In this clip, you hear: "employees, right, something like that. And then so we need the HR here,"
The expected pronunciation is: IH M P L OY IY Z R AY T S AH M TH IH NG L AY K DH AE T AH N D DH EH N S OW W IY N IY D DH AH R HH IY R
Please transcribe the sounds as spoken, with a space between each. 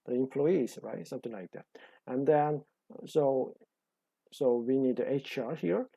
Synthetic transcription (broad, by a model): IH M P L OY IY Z R AY T S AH M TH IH NG L AY K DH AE T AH N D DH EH N S OW W IY N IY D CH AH R HH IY R